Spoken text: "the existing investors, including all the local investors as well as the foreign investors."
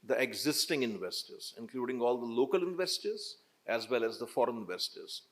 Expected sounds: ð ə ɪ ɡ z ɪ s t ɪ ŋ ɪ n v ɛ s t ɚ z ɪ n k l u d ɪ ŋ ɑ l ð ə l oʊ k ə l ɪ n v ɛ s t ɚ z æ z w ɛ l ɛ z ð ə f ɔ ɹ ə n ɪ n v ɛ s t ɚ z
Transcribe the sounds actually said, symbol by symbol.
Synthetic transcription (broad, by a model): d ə ɪ ɡ z ɪ s t ɪ ŋ ɪ n v ɛ s t ɚ z ɪ n k l u d ɪ ŋ ɑ l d ə l oʊ k ə l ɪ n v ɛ s t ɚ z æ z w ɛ l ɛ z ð ə f ɔ ɹ ə n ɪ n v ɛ s t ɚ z